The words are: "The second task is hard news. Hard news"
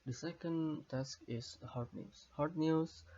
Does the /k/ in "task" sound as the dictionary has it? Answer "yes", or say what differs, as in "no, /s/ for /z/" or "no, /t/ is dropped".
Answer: yes